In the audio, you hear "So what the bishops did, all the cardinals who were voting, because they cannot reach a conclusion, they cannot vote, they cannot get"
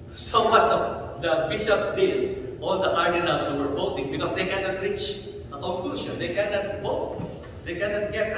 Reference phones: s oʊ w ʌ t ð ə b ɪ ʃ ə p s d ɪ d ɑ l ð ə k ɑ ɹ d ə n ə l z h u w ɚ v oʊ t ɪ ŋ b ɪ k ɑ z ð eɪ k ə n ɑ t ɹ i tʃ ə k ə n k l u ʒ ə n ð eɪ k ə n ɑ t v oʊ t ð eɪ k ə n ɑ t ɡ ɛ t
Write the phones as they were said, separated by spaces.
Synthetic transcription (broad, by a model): s oʊ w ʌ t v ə b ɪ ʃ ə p s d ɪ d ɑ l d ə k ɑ ɹ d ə n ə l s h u w ɚ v oʊ t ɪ ŋ b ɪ k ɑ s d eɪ k ə n ɑ t ɹ i tʃ ə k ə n k l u ʃ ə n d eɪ k ə n ɑ t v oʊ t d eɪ k ə n ɑ t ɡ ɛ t